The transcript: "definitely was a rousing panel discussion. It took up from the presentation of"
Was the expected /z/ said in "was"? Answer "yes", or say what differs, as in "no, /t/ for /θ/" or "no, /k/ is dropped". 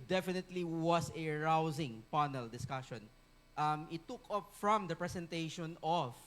no, /s/ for /z/